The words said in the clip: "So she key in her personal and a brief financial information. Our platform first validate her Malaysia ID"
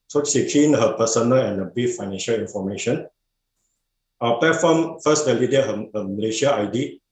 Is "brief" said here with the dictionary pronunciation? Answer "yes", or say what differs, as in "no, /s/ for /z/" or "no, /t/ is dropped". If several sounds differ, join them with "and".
no, /ɹ/ is dropped